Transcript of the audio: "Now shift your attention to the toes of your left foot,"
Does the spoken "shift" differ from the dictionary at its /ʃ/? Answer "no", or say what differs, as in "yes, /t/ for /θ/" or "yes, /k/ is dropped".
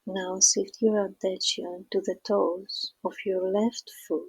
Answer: yes, /s/ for /ʃ/